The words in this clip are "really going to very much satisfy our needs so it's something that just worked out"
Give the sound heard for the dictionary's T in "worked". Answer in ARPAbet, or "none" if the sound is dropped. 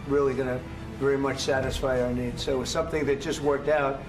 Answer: T